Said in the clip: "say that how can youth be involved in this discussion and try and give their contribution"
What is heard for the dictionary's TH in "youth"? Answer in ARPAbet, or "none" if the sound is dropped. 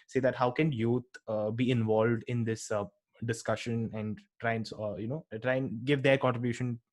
T